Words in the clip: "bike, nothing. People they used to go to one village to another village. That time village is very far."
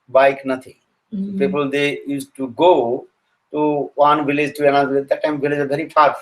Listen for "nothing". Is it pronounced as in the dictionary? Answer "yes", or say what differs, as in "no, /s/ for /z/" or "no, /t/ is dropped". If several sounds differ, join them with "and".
no, /t/ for /θ/